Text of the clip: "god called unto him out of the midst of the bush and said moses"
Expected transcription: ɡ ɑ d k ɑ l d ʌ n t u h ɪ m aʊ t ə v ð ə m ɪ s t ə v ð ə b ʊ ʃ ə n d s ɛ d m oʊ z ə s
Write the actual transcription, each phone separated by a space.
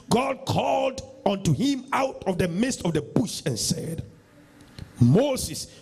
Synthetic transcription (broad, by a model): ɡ ɑ d k ɑ l d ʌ n t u h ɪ m aʊ t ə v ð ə m ɪ s t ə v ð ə b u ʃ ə n s ɛ d m oʊ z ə s